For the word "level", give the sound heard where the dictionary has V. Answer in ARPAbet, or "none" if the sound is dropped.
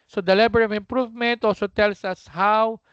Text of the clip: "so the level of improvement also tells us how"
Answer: B